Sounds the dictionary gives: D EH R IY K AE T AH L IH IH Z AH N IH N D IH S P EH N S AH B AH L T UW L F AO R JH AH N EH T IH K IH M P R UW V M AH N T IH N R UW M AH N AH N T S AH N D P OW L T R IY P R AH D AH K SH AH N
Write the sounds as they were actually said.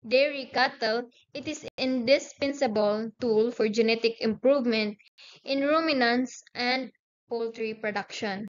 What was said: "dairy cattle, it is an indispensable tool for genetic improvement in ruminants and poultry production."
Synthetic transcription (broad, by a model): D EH R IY K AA T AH L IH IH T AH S IH N D IH S P EH N S AH B AH L T UW L F AO R JH AH N EH T IH K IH M P R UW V M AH N T IH N R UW M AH N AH N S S AH N D P OW L T R IY P R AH D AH K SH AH N